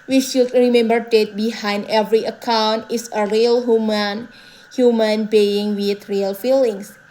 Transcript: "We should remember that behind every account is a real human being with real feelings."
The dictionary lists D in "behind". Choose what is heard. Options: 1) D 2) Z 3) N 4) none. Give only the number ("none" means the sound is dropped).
1